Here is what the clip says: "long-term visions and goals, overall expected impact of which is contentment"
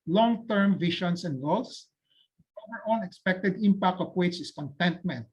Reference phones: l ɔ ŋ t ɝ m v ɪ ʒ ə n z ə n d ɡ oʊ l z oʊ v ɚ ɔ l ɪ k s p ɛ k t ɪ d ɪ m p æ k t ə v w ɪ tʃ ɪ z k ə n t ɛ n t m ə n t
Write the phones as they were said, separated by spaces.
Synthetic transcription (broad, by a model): l ɔ ŋ t ɝ m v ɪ ʃ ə n s ə n d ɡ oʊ l s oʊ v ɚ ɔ n ɪ k s p ɛ k t ɪ d ɪ m p æ k t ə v w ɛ s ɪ s k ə n t ɛ n t m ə n t